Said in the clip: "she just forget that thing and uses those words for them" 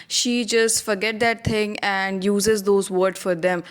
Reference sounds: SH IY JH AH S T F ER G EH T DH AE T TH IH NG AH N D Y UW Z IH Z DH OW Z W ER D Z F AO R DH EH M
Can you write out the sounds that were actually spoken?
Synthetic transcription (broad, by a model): SH IY JH AH S T F ER G EH T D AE T T IH NG AH N D Y UW Z IH Z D OW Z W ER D F AO R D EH M